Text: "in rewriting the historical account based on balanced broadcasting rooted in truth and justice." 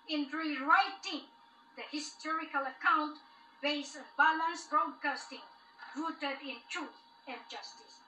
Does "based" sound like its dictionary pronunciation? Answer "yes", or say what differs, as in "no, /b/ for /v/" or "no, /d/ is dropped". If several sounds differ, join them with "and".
no, /t/ is dropped